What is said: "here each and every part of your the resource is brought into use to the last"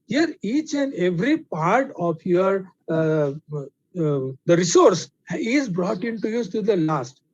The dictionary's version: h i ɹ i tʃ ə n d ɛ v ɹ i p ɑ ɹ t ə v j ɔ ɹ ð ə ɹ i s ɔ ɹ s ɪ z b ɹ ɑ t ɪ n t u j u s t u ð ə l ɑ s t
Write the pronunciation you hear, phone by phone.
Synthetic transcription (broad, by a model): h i ɹ i tʃ ə n d ɛ v ɹ i p ɑ ɹ t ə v j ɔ ɹ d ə ɹ i s ɔ ɹ s ɪ z b ɹ ɑ t ɪ n t u j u t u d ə l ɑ s t